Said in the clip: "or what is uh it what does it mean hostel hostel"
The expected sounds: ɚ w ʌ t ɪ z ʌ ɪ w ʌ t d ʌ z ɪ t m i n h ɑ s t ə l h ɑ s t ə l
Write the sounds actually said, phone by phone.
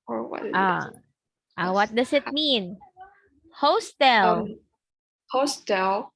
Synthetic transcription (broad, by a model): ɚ w ʌ t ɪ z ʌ ɪ w ʌ t d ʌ s ɪ t m i n h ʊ s t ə l h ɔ s t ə l